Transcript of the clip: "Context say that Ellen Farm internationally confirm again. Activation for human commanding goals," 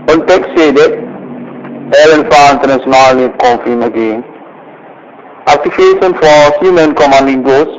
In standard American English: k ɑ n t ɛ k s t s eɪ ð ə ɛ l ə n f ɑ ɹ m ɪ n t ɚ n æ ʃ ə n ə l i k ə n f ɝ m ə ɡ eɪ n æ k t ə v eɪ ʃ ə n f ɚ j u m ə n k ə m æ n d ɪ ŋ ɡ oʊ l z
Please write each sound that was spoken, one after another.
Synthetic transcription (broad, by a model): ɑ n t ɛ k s s eɪ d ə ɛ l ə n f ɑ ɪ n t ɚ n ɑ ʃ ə n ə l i k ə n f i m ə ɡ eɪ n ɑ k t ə f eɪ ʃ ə n f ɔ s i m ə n k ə m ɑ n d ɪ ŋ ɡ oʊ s